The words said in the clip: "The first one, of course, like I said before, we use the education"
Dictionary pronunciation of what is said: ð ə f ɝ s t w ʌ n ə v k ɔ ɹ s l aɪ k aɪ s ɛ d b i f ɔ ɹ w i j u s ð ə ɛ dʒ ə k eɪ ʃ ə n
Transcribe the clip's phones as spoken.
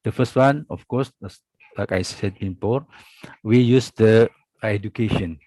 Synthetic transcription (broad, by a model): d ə f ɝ s t w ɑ n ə f k ɔ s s l aɪ k aɪ s ɛ d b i p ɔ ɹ w i j u s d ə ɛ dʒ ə k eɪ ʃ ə n